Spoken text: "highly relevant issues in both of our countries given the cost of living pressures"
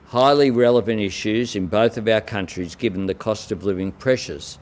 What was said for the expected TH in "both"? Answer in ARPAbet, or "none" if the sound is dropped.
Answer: TH